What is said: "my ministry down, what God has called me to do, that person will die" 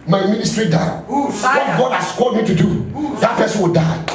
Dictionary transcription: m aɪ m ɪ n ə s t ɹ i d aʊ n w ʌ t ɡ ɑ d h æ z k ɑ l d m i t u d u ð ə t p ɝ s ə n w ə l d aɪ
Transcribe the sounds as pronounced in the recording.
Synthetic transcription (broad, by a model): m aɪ m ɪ n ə s t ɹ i d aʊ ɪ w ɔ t ɡ ɑ d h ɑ s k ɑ d m i t u d u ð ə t p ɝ s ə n w ə l d aɪ